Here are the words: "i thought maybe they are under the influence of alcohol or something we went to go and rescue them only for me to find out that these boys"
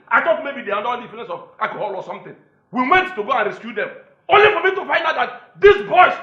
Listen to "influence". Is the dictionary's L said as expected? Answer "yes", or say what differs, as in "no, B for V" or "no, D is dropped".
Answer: no, L is dropped